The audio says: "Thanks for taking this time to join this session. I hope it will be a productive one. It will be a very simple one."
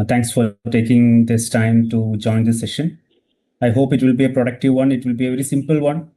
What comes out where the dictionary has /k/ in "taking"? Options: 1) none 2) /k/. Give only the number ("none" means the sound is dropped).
2